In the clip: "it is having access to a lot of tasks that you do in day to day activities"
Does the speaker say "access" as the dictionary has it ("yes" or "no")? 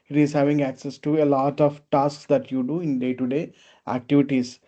yes